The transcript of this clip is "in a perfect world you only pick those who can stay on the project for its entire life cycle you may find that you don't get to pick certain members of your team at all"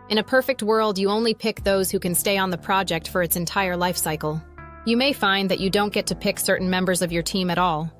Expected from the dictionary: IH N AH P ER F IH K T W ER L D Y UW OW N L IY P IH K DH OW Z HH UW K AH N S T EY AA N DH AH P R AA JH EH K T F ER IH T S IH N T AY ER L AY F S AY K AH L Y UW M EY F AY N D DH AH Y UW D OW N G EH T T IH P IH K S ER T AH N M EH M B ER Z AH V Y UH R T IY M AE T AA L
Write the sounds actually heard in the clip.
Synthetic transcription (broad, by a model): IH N AH P ER F IH K T W ER L D Y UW OW N L IY P IH K DH OW Z HH UW K AH N S T EY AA N DH AH P R AA JH EH K T F ER IH T S IH N T AY ER L AY F S AY K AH L Y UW M EY F AY N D DH AH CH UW D OW N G EH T T IH P IH K S ER T N M EH M B ER Z AH V Y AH R T IY M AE T AA L